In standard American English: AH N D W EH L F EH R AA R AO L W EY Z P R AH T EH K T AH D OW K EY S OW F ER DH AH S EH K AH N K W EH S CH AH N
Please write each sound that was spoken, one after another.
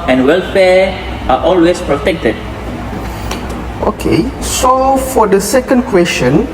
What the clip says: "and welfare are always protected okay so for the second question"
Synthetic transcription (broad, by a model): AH N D W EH L F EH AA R AO L W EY S P R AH T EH K T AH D OW K EY S OW F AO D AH S EH K AH N K W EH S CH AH N